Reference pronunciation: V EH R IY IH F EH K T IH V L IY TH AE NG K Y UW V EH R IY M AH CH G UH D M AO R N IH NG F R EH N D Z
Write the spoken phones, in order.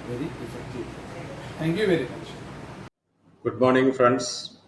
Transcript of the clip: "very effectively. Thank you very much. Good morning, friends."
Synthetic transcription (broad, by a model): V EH R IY IH F EH K T IH V L IY T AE NG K Y UW V EH R IY M AH CH G UH D M AO R N IH NG F R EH N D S